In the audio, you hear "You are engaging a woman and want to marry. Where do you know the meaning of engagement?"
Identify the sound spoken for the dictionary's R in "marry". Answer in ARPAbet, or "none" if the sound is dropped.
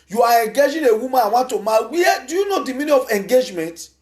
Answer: W